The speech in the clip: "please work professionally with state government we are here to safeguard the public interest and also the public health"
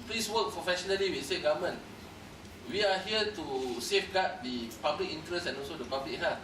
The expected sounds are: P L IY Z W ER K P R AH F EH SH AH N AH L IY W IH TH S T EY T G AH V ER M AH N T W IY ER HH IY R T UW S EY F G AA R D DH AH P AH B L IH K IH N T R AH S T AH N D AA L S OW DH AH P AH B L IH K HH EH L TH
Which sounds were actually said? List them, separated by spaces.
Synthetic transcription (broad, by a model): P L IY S W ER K P R AH F EH SH AH N AH L IY W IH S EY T G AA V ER M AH N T W IY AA HH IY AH T UW S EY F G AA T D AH P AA B L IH K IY N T R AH S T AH N AA L S OW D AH P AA B L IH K HH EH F